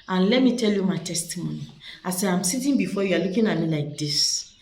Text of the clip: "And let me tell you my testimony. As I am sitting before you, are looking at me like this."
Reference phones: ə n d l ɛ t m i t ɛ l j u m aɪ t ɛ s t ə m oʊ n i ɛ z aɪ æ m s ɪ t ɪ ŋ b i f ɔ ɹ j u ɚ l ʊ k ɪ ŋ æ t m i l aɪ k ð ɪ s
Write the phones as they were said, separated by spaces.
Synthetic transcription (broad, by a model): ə n l ɛ t m i t ɛ l j u m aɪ t ɛ s t ə m oʊ n i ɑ s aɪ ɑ m s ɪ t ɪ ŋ b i f ɔ j u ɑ l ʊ k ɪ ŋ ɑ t m i l aɪ k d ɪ s